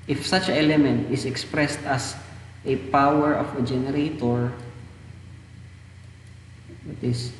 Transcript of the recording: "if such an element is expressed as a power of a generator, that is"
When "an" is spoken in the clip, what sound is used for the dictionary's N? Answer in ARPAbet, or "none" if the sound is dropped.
L